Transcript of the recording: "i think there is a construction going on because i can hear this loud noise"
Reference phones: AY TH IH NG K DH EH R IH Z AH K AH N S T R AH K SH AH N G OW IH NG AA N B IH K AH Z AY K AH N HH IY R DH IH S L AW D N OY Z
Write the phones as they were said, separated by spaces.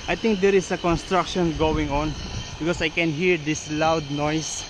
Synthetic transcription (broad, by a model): AY T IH NG K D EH R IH S AH K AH N S T R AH K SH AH N G OW IH NG AA N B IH K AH S AY K AH N HH IY R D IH S L AW D N OY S